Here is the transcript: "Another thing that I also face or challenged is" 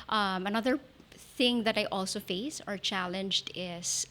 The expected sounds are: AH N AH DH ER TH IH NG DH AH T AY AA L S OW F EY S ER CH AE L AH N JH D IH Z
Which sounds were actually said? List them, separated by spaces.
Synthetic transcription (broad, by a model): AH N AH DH ER TH IH NG DH AH T AY AA L S OW F EY S ER CH AE L AH N JH D IH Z